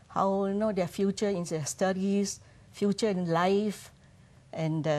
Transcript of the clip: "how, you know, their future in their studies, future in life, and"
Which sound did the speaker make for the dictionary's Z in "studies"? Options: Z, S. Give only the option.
S